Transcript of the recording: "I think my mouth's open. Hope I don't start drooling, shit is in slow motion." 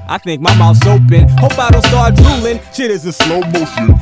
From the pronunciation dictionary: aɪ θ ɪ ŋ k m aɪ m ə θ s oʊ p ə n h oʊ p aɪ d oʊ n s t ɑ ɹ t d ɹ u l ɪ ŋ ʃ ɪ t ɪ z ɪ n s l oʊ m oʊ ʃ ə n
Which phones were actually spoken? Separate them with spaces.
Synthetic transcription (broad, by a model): aɪ θ ɪ ŋ k m aɪ m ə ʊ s oʊ p ə n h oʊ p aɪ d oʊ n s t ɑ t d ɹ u l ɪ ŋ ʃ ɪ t ɪ z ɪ s l oʊ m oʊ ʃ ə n